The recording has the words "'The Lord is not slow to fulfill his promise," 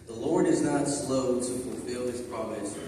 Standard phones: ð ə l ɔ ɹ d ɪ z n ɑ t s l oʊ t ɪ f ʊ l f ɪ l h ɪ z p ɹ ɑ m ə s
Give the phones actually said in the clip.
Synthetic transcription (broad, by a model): ð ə l ɔ ɹ d ɪ z n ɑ t s l oʊ t ɪ f ʊ l f ɪ l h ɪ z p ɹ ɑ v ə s